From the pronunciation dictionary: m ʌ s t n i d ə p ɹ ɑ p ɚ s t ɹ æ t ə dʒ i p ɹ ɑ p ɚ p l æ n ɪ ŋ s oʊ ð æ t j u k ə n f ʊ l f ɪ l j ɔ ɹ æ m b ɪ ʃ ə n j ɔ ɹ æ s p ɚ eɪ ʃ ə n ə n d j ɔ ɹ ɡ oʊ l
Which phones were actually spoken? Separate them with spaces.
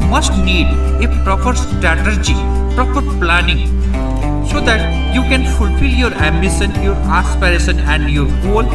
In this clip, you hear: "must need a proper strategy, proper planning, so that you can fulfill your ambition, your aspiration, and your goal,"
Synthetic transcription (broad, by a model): m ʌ s t n i d ə p ɹ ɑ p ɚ s t ɹ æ t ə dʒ i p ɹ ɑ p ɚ p l æ n ɪ ŋ s oʊ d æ t j u k ə n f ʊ l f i l j ɔ ɹ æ m b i s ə n j ɔ ɹ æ s p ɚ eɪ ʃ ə n ə n d j ɔ ɹ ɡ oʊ l